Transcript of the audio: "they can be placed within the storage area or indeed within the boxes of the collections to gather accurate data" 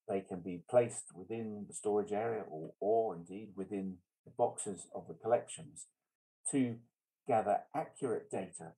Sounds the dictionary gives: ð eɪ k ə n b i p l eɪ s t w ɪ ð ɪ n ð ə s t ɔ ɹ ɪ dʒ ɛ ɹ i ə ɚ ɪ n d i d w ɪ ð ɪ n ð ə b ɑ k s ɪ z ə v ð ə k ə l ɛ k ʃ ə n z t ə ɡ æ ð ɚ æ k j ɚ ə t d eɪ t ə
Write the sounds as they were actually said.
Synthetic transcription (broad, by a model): ð eɪ k ə n b i p l eɪ s t w ɪ ð ɪ n ð ə s t ɔ ɹ ɪ dʒ ɛ ɹ i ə ɚ ɪ n d i d w ɪ ð ɪ n ð ə b ɑ k s ɪ z ə v ð ə k ə l ɛ k ʃ ə n z t ə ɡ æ ð ɚ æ k j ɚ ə t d eɪ t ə